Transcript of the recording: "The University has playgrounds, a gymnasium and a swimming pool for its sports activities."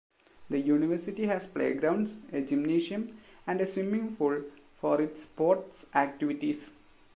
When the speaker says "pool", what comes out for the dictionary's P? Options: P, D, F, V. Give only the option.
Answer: F